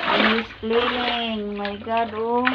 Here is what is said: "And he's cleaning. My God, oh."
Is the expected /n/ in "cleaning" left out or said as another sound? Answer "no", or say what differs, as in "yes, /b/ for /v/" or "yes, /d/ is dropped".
yes, /l/ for /n/